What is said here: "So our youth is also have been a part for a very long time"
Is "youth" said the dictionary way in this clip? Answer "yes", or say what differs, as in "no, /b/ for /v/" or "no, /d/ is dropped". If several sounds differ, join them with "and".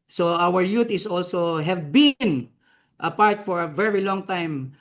no, /t/ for /θ/